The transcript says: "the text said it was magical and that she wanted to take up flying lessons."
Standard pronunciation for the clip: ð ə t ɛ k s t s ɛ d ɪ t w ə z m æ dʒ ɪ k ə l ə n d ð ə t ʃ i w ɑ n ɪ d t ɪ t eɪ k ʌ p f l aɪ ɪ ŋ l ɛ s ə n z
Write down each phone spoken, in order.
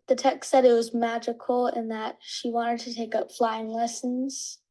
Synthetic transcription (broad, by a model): ð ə t ɛ k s s ɛ d ɪ t w ə z m æ dʒ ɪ k l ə n ð ə t ʃ i w ɑ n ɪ d t ɪ t eɪ k ʌ p f l aɪ ɪ ŋ l ɛ s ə n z